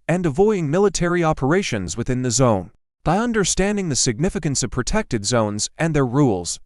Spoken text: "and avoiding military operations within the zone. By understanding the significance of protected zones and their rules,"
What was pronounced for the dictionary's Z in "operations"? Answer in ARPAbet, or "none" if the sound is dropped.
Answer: Z